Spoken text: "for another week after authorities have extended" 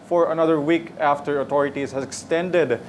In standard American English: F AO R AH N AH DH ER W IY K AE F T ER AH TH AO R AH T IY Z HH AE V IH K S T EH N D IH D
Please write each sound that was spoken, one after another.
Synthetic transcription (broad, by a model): F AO R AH N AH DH ER W IY K AE F T ER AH T AO R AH T IY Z HH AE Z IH K S T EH N D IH D